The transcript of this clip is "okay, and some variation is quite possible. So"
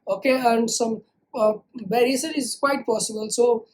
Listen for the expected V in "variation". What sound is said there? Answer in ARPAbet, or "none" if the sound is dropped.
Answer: B